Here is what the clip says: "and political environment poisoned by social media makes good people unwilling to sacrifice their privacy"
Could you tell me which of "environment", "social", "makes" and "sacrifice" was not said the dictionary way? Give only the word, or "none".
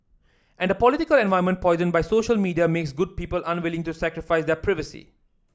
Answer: environment